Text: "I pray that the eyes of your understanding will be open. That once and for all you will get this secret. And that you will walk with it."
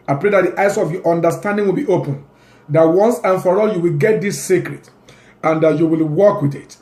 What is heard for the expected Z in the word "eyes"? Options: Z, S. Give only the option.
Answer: S